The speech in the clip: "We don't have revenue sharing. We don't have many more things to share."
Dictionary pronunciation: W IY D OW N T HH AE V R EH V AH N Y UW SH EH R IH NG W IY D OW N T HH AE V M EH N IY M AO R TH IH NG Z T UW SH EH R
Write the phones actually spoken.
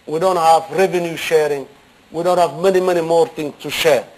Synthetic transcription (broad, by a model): W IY D OW N T HH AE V R EH V AH N Y UW SH EH R IH NG W IY D OW N T HH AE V M EH N IY M AO R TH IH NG S T UW SH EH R